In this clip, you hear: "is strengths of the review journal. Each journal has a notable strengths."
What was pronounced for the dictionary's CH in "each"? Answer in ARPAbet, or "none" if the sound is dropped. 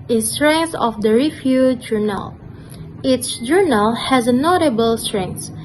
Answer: S